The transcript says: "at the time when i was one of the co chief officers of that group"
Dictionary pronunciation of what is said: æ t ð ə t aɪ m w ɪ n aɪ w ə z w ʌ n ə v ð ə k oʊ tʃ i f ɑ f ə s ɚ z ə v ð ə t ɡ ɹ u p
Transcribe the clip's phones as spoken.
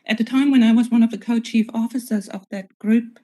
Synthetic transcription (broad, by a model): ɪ t ð ə t aɪ m w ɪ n aɪ w ə z w ʌ n ə v ð ə k oʊ tʃ i f ɑ f ə s ɚ z ə v ð ə t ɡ ɹ u p